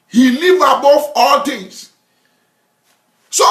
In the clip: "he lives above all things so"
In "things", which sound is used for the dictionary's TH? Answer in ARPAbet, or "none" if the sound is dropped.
T